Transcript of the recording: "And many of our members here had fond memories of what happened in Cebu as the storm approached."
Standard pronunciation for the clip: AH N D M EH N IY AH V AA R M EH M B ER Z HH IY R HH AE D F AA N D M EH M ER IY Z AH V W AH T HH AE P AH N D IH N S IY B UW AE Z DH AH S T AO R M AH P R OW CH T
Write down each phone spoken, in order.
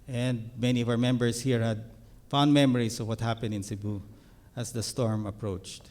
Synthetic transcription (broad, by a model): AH N D M EH N IY AH V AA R M EH M B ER S HH IY R HH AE D F AA N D M EH M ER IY S AH V W AH T HH AE P AH N D IH N S IY B UW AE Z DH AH S T AO R M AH P R OW CH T